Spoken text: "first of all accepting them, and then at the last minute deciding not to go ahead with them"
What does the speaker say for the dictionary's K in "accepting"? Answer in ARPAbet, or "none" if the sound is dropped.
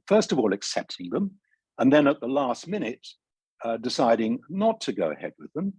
K